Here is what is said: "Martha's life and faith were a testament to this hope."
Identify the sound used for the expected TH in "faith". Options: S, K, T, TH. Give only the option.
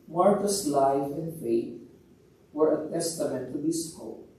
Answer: T